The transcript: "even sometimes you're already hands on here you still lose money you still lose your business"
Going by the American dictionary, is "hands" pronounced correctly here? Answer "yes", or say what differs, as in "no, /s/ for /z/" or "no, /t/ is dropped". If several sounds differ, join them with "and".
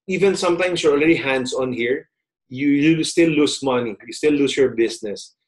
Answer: no, /s/ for /z/